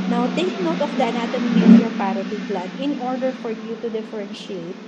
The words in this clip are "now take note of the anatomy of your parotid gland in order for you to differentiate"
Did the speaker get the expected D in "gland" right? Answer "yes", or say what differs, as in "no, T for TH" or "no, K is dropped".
no, D is dropped